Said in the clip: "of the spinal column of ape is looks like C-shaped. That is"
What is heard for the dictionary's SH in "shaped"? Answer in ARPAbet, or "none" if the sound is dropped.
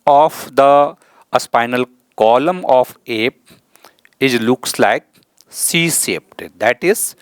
S